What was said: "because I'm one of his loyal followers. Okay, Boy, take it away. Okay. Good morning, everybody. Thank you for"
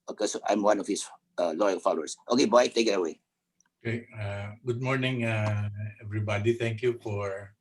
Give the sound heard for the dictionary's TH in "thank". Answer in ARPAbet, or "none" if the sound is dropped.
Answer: T